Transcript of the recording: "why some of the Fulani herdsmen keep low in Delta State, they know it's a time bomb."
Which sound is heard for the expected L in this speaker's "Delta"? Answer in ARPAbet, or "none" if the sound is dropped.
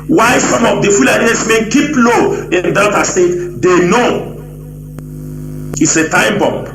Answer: none